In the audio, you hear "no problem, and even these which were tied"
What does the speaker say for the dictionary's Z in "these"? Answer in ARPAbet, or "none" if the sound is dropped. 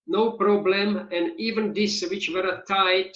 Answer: S